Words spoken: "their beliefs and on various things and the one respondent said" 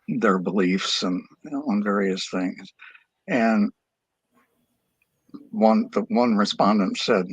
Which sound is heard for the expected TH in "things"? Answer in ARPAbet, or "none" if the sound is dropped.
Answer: TH